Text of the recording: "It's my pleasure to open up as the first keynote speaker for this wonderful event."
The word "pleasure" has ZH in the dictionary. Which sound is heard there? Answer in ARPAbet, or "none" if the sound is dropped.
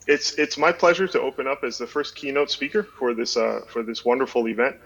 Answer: ZH